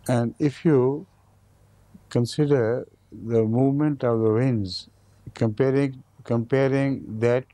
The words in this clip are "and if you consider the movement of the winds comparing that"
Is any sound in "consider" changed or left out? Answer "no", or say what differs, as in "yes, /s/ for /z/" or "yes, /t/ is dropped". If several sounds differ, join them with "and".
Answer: no